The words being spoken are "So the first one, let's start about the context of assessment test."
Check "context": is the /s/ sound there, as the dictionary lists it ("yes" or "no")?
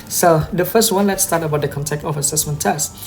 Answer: no